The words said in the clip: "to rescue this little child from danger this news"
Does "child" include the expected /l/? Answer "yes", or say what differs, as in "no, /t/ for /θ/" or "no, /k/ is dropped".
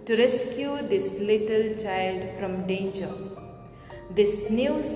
yes